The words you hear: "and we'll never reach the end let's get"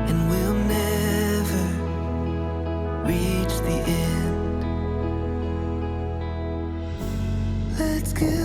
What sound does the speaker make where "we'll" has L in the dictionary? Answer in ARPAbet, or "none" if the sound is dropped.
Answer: L